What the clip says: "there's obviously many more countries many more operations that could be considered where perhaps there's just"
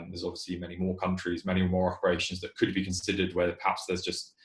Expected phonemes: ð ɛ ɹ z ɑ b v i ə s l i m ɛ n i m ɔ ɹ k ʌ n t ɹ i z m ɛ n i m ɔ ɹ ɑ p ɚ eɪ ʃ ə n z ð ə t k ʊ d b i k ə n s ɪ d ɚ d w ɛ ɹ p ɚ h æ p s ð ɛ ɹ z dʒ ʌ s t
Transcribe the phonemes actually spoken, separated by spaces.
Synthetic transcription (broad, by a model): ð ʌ z ɑ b v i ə s l i m ɛ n i m ɔ k ʌ n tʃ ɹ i z m ɛ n i m ɔ ɹ ɑ p ɚ eɪ ʃ ə n z ð ə t k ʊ d b i k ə n s ɪ d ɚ d w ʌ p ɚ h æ p s ð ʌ z dʒ ʌ s t